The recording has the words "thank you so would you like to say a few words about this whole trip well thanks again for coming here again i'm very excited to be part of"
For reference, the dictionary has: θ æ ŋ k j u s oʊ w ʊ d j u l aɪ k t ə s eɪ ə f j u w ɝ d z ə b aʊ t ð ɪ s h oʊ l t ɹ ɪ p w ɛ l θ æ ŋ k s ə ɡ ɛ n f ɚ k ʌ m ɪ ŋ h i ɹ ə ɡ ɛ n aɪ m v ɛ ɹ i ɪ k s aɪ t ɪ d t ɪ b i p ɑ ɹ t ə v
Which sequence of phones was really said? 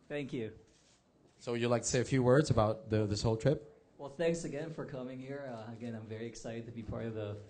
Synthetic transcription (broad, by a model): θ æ ŋ k j u s oʊ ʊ j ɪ l aɪ k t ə s eɪ ə f j u w ɝ d z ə b aʊ t ð ɪ s h oʊ l t ɹ ɪ p w ɛ l θ æ ŋ k s ə ɡ ɛ n f ɚ k ʌ m ɪ ŋ h i ɹ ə ɡ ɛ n aɪ m v ɛ ɹ i ɪ k s aɪ t ɪ d t ɪ b i p ɑ ɹ t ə v